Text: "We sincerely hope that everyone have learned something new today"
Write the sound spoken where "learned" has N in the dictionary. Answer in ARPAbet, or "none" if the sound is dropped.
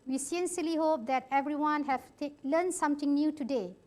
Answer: L